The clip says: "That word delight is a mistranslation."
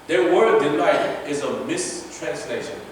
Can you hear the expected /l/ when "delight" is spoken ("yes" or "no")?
no